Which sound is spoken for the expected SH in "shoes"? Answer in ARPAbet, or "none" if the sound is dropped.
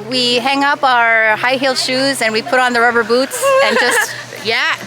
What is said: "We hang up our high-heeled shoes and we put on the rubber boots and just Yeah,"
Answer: SH